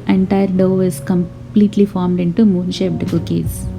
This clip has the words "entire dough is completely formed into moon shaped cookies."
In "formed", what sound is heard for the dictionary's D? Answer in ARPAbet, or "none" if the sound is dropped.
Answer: D